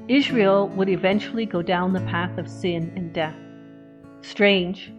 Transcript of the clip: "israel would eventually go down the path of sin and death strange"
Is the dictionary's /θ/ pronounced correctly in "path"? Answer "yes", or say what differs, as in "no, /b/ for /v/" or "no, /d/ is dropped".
yes